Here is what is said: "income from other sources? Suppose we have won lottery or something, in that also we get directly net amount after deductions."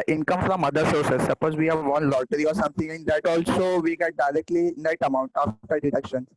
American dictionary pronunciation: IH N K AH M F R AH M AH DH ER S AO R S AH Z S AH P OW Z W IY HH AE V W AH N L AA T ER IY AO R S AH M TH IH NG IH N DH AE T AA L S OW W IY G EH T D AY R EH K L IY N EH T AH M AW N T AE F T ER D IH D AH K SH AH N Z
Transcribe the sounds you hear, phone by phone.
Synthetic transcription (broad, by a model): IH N K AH M F R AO M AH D ER S AO R S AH S AH P OW Z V IY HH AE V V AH N L AA T ER IY AO R S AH M T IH NG IH N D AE T AA L S OW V IY G EH T D AY R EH K L IY N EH T AH M AW N T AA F T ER D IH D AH K SH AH N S